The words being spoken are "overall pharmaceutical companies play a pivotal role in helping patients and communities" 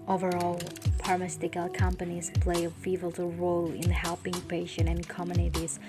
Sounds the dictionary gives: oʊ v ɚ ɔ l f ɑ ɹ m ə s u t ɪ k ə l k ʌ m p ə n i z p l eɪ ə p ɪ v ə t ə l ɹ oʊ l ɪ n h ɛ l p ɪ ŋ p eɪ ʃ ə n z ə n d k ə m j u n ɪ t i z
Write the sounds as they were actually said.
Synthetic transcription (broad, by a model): oʊ v ɚ ɔ l p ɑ ɹ m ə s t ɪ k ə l k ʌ m p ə n i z p l eɪ ə f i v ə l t ɹ oʊ l ɪ n h ɛ l p ɪ ŋ p eɪ ʃ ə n ə n k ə m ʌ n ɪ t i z